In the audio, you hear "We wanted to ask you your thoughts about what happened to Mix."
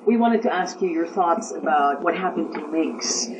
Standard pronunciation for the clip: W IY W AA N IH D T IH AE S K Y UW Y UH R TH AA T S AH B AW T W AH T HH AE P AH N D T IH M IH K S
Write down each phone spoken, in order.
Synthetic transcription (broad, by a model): W IY W AA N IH D T IH AE S K Y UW Y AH R TH AA T S AH B AW T W AH T HH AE P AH N T IH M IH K S